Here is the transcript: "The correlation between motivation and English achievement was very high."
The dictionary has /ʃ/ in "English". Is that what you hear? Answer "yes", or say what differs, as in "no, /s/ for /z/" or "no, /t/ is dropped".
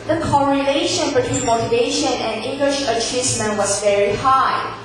yes